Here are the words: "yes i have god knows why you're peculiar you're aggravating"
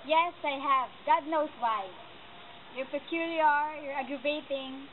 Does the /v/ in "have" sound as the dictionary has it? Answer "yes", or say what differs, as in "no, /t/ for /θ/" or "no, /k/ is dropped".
yes